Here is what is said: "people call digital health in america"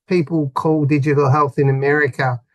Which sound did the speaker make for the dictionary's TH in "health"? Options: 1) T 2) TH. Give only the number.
2